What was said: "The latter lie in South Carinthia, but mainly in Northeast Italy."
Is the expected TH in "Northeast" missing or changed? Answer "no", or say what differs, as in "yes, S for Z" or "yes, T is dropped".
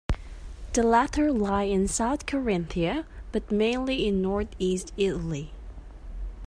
no